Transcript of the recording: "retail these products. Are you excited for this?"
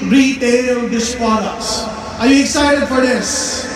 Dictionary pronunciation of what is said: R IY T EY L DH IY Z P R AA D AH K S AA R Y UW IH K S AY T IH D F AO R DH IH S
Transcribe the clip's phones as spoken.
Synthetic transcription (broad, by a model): R IY T EY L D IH S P AA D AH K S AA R Y UW IH K S AY T IH D F AO R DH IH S